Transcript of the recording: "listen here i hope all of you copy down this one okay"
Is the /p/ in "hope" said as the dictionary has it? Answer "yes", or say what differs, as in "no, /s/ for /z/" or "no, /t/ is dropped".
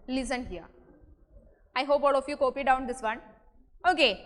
yes